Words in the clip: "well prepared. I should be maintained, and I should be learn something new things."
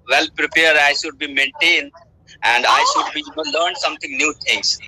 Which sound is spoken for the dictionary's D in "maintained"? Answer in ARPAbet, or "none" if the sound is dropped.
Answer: D